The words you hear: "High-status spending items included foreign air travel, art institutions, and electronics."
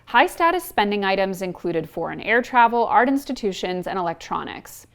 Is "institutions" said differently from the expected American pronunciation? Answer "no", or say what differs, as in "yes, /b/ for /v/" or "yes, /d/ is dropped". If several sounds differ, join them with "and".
no